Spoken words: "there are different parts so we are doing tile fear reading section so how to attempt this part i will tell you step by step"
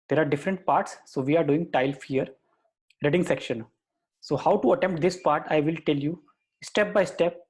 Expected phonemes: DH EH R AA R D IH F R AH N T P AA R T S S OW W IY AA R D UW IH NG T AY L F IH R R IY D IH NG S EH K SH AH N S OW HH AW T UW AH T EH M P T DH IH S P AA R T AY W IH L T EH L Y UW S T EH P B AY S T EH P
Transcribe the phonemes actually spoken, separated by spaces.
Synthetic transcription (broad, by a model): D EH R AA R D IH F R AH N T P AA R T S S OW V IY AA R D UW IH NG T AY L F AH R R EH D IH NG S EH K SH AH N S OW HH AW T UW AH T EH M P T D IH S P AA R T AY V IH L T EH L Y UW S T EH P B AY S T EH P